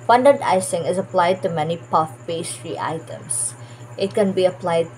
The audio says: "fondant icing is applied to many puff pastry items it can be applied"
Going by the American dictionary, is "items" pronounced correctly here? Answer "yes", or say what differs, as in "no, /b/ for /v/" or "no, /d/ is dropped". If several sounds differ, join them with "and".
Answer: no, /s/ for /z/